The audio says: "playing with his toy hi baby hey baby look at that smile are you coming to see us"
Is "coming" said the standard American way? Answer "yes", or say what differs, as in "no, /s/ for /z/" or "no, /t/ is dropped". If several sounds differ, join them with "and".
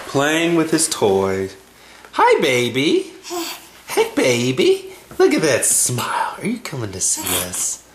yes